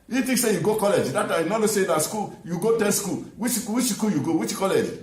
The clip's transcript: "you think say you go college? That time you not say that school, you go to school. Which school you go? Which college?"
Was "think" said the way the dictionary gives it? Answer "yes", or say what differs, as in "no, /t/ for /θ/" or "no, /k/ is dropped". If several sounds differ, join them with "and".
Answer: no, /t/ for /θ/